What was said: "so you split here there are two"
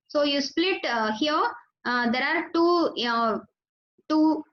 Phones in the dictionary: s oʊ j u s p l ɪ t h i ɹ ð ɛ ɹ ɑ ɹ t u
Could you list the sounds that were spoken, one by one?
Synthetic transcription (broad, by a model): s oʊ j u s p l ɪ t h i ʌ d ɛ ɹ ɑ ɹ t u